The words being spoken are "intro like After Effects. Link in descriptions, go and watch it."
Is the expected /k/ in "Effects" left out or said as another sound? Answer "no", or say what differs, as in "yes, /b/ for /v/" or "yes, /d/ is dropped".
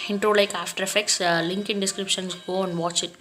no